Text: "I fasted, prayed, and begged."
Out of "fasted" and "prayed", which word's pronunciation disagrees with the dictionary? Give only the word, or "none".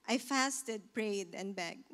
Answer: none